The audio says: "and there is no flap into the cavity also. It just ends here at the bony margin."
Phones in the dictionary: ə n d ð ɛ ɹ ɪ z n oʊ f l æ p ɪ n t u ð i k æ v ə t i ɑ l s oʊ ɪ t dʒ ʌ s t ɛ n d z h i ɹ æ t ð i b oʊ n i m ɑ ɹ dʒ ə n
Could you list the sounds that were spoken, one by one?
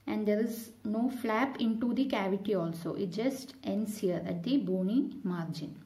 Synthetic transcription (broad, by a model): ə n d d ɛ ɹ ɪ z n oʊ f l æ p ɪ n t u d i k æ v ə t i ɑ l s oʊ ɪ t dʒ ʌ s t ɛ n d s h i ɹ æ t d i b oʊ n i m ɑ ɹ dʒ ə n